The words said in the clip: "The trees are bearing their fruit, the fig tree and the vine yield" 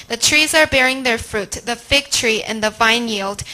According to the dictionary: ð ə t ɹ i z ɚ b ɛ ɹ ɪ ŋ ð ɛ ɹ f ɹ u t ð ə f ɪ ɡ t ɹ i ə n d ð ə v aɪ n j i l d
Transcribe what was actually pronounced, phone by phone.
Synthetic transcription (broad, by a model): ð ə t ɹ i z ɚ b ɛ ɹ ɪ ŋ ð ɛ ɹ f ɹ u t ð ə f ɪ ɡ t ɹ i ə n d ð ə v aɪ n j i l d